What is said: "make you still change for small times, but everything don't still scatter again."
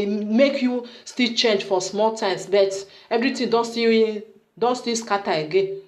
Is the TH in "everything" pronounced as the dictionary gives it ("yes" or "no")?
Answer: no